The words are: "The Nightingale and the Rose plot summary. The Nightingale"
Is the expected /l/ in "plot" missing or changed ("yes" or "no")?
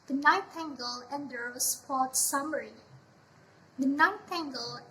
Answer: yes